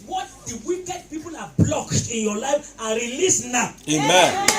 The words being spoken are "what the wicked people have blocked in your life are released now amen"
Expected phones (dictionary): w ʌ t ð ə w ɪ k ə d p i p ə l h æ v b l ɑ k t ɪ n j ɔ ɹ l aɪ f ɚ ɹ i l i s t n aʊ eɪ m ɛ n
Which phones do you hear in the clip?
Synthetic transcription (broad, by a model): w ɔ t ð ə w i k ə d p i p ə l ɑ b l ɑ k t ɪ n j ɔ l aɪ f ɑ ɹ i l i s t n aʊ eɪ m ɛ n